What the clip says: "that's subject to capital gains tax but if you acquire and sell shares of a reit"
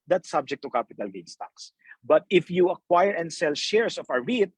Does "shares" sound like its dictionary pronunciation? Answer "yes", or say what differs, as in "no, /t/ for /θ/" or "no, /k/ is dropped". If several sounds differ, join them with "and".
no, /s/ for /z/